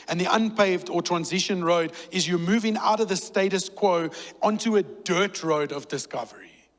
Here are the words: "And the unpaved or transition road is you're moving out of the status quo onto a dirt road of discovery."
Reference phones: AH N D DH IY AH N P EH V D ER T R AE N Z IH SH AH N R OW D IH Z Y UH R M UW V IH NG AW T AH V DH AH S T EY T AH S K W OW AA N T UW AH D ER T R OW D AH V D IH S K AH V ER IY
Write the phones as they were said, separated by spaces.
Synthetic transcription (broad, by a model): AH N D DH IY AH N P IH V D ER T R AE N Z IH SH AH N R OW D IH Z Y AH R M UW V IH NG AW T AH V DH AH S T EY T AH S K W OW AA N T UW AH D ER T R OW D AH V D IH S K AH V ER IY